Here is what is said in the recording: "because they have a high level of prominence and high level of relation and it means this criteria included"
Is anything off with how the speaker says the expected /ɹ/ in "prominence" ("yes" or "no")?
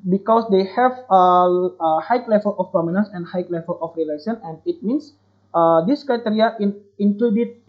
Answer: yes